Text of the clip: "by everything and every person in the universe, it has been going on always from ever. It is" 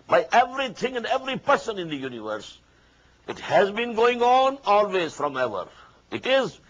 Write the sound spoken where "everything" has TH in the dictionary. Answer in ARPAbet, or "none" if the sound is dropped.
T